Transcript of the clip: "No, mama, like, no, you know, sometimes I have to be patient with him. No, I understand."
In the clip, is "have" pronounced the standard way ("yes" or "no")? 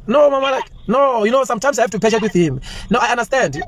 no